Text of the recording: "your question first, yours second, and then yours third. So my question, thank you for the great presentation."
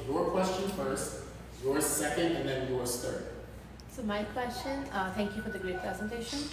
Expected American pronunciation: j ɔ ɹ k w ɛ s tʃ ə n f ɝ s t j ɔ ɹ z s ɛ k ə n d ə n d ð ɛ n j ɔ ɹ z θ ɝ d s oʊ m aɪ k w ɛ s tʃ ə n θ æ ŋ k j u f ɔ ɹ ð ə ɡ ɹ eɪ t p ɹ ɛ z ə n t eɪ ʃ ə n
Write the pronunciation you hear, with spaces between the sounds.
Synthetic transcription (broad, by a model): j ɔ ɹ k w ɛ s tʃ ə n f ɝ s t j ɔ ɹ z s ɛ k ə n d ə n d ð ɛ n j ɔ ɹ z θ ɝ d s oʊ m aɪ k w ɛ s tʃ ə n t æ ŋ k j u f ɔ ɹ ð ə ɡ ɹ eɪ t p ɹ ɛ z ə n t eɪ ʃ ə n